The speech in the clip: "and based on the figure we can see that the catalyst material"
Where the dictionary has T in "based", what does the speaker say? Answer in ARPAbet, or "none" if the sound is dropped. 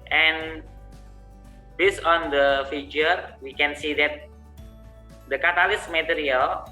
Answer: none